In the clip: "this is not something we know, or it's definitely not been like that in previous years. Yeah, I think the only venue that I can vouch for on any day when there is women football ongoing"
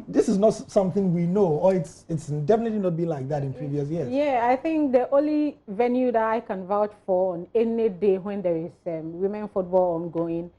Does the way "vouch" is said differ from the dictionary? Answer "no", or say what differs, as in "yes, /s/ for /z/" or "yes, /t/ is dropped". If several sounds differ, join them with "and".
no